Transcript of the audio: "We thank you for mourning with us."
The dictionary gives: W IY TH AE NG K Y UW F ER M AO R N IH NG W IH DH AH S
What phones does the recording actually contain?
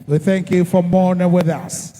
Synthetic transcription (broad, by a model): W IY TH AE NG K Y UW F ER M AO R N IH NG W IH DH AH S